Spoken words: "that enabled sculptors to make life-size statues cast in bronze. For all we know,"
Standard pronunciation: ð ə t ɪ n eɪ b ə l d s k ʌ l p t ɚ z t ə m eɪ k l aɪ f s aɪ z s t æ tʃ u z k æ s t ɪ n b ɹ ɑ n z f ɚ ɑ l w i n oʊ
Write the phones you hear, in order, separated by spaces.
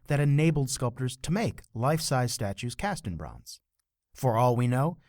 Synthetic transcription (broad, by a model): ð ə t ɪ n eɪ b l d s k ʌ l p t ɚ z t ə m eɪ k l aɪ f s aɪ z s t æ tʃ u z k æ s t ɪ n b ɹ ɑ n z f ɚ ɑ l w i n oʊ